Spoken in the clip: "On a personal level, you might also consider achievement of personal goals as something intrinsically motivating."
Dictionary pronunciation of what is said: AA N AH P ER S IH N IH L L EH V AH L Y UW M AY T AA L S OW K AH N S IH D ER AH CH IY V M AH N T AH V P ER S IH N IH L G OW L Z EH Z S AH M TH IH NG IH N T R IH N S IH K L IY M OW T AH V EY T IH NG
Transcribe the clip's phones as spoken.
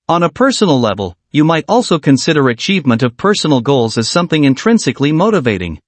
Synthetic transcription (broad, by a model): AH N AH P ER S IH N L L EH V AH L Y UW M AY T AA L S OW K AH N S IH D ER AH CH IY V M AH N T AH V P ER S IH N L G OW L Z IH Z S AH M TH IH NG IH N T R IH N S IH K L IY M OW T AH V EY T IH NG